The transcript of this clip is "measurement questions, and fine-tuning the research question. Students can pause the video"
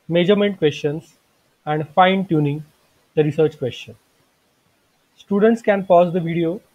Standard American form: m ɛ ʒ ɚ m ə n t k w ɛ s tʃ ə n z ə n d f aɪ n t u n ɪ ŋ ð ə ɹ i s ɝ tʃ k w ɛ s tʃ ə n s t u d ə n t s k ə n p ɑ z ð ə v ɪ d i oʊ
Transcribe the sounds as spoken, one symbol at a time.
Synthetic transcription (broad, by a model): m ɛ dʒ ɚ m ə n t k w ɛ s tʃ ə n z ə n d f aɪ n t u n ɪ ŋ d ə ɹ i s ɝ tʃ k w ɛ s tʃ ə n s t u d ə n t s k ə n p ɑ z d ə v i d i oʊ